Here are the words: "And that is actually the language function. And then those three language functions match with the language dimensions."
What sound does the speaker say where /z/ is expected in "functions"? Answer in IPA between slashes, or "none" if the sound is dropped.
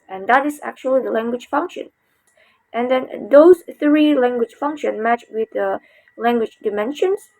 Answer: none